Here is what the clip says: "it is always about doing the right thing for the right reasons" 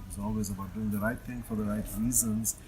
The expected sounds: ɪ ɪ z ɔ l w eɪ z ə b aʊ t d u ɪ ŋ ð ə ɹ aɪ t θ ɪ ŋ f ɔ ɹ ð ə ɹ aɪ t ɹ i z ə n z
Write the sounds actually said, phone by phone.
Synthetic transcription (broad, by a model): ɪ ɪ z ɔ l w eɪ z ə b aʊ t d u ɪ ŋ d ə ɹ aɪ t t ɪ ŋ f ɔ ɹ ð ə ɹ aɪ t ɹ i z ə n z